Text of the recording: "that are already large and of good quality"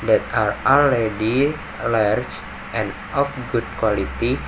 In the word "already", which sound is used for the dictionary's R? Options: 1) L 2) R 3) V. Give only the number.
1